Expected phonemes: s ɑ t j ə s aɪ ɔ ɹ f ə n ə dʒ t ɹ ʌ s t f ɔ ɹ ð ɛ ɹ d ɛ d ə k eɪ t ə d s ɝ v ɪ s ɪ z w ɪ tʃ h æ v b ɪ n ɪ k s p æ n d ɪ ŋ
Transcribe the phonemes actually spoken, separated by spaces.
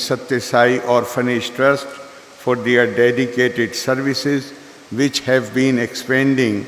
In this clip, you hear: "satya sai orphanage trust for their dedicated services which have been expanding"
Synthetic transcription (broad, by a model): s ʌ t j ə s aɪ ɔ ɹ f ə n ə ʃ t ɹ ʌ s t f ɔ ɹ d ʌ ɹ d ɛ d ə k eɪ t ə d s ɝ v ɪ s ɪ z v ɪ tʃ h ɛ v b ɪ n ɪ k s p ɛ n d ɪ ŋ